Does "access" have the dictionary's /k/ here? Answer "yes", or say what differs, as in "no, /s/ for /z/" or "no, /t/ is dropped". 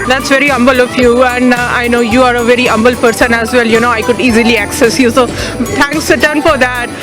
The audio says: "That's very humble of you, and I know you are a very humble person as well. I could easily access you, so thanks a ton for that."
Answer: yes